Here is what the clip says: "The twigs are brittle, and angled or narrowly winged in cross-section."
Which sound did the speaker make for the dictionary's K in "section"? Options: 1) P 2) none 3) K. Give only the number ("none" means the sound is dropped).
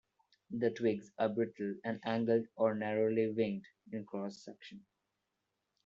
3